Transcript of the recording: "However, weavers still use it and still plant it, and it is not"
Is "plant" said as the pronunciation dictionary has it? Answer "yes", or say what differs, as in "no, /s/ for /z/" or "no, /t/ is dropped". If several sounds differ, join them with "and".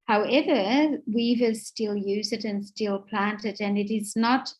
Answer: yes